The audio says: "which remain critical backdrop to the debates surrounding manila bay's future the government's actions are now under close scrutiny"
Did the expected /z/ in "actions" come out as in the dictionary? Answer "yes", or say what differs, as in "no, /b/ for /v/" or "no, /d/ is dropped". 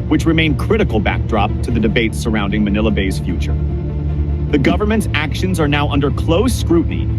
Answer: yes